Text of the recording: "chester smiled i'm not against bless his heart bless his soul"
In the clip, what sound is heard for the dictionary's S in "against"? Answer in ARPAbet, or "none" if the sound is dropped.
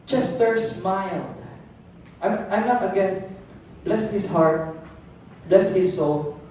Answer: none